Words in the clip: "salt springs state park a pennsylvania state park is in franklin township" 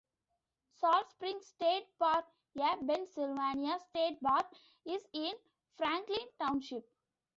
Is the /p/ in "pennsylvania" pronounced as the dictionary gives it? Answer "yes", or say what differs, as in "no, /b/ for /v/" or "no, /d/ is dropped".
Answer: no, /b/ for /p/